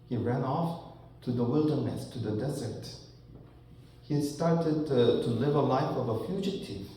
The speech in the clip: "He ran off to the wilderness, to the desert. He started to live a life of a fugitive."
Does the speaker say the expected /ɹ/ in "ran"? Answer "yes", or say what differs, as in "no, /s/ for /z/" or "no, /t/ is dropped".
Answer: yes